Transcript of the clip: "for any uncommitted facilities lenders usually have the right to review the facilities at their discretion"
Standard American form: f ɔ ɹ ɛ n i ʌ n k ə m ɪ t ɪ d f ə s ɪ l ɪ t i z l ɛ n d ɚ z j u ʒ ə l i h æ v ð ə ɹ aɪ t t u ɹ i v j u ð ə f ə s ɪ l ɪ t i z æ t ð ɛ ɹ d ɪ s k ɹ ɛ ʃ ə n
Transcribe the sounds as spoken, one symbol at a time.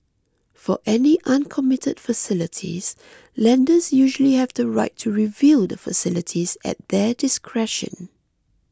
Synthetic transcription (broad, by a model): f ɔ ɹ ɛ n i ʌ n k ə m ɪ t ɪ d f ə s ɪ l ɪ t i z l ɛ n d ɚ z j u ʒ ə l i h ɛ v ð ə ɹ aɪ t t u ɹ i v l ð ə f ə s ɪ l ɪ t i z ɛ t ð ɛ d ɪ s k ɹ ɛ ʃ ə n